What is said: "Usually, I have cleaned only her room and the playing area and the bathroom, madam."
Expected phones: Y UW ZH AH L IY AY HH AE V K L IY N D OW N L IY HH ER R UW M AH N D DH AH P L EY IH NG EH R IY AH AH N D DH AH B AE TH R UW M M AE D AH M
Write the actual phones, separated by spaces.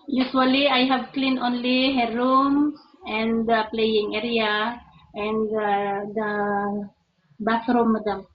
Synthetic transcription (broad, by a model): Y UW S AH L IY AY HH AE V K L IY N OW N L IY HH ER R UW M AH N D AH P L EY IH NG EH R IY AH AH N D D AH B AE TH R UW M M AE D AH M